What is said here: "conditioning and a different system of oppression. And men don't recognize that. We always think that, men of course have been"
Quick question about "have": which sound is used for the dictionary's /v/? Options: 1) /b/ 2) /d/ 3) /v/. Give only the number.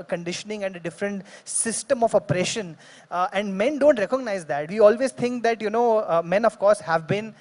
3